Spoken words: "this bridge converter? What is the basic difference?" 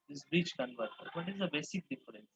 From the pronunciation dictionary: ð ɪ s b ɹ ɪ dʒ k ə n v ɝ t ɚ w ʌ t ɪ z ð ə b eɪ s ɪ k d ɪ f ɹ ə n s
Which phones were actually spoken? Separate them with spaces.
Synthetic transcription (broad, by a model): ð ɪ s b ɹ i tʃ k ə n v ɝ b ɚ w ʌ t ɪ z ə b eɪ s ɪ k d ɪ f ɹ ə n s